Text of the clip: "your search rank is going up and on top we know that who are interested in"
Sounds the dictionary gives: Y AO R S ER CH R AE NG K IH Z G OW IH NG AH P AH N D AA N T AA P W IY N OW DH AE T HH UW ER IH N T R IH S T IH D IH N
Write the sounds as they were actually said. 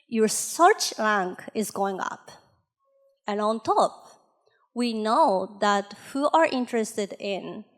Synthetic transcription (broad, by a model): Y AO R S ER CH L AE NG K IH Z G OW IH NG AH P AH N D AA N T AA P W IY N OW DH AE T HH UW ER IH N T R IH S T IH D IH N